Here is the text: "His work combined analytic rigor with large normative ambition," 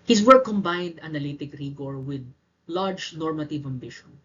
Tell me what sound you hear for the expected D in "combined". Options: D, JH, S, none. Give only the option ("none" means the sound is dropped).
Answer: D